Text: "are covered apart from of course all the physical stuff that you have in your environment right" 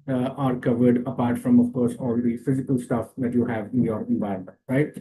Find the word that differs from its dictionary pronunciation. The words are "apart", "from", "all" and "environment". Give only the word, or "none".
environment